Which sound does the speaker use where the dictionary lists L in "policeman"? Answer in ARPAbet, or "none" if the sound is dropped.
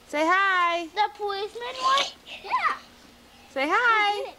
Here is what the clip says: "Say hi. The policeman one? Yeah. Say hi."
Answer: none